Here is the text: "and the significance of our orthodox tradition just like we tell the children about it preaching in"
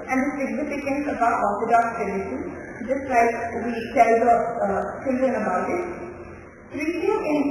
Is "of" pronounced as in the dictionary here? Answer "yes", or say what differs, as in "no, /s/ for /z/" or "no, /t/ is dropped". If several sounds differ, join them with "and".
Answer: no, /b/ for /v/